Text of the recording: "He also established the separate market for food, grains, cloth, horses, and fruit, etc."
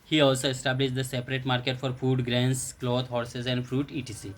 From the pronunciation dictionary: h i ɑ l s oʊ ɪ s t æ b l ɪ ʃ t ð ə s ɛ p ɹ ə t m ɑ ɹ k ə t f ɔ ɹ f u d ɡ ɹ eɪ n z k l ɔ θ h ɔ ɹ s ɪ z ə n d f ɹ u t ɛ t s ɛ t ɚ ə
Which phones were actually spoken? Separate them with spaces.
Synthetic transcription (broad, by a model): h i ɑ l s oʊ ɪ s t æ b l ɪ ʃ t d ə s ɛ p ɹ ə t m ɑ ɹ k ə t f ɔ ɹ f u d ɡ ɹ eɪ n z k l ɔ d h ɔ ɹ s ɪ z ə n d f ɹ u t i t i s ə